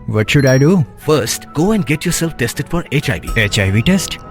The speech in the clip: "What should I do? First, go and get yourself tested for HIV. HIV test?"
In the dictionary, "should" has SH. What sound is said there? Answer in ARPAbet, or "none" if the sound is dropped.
SH